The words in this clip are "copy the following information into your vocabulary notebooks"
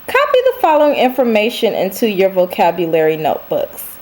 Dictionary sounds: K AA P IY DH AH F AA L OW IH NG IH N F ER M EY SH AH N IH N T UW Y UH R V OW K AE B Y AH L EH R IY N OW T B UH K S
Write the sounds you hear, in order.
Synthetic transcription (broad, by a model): K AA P IY DH AH F AA L OW IH NG IH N F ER M EY SH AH N IH N T UW Y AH R V OW K AE B Y AH L EH R IY N OW T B UH K S